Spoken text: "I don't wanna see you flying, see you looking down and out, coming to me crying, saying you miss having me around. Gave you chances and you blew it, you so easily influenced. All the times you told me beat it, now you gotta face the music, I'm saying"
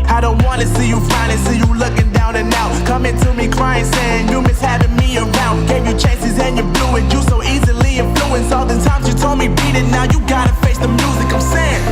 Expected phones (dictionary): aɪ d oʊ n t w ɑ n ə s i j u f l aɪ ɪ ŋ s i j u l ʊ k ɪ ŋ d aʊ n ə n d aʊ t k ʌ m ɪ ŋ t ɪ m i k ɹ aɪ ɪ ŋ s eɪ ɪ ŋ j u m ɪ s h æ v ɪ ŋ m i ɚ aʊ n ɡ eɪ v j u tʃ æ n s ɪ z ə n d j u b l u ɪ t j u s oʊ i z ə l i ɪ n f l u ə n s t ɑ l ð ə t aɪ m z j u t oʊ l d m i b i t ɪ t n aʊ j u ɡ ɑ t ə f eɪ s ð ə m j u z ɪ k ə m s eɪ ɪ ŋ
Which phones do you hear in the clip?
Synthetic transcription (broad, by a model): aɪ d oʊ n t w ɑ n ə s i j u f aɪ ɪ s i j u l ʊ k ɪ ŋ d aʊ n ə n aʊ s k ʌ m ɪ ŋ t ɪ m i k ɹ aɪ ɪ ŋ s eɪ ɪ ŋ j u m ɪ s h æ v ɪ ŋ m i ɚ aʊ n ɡ eɪ v j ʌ tʃ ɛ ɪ s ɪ z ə n j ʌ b l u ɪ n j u s oʊ i z ə l i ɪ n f l u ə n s ɑ l ð ə t aɪ m z j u t oʊ l d m i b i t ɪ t n aʊ j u ɡ ɑ t ə f eɪ s ð ə m j u z ɪ k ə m s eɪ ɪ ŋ